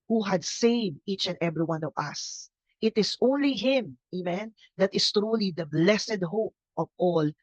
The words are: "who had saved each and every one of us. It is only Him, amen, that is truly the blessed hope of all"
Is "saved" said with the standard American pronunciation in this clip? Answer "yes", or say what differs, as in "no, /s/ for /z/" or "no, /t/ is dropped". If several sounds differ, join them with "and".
yes